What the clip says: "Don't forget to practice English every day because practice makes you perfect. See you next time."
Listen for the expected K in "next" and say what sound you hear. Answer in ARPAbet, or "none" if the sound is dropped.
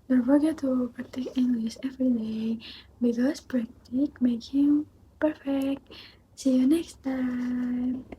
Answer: K